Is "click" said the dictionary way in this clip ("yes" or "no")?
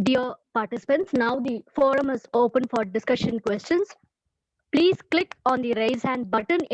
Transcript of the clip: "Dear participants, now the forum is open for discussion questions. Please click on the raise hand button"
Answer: yes